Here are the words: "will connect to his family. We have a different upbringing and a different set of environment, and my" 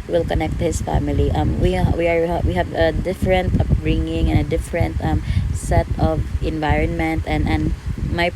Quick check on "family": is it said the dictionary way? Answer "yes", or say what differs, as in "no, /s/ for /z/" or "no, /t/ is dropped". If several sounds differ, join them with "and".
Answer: no, /w/ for /l/